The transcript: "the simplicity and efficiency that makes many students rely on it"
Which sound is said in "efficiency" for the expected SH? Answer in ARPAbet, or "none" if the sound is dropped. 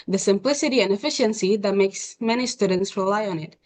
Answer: SH